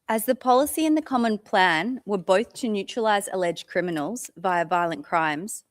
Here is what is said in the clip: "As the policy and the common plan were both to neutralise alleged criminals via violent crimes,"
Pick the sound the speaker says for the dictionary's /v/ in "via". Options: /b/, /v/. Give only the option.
/v/